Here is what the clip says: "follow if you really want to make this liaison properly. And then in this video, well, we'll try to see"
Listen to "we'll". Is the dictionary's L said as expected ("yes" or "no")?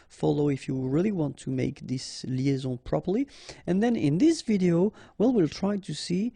yes